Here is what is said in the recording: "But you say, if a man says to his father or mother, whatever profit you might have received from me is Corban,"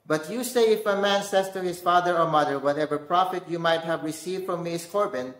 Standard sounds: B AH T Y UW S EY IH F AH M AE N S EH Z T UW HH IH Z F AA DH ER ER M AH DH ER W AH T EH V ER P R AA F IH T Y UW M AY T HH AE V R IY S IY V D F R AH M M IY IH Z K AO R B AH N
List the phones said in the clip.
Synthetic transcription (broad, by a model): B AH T Y UW S EY IH F AH M AE N S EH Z T UW HH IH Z F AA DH ER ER M AH DH ER W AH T EH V ER P R AA F IH T Y UW M AY T HH AE V R IY S IY V D F R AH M M IY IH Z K AO R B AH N